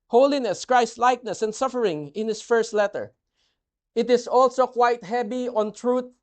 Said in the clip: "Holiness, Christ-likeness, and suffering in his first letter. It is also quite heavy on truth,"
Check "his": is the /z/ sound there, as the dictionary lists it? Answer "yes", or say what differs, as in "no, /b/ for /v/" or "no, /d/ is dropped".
no, /s/ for /z/